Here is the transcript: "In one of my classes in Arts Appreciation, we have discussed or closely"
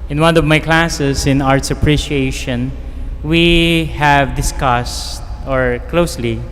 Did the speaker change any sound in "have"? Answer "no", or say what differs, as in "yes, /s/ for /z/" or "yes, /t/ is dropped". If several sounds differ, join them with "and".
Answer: no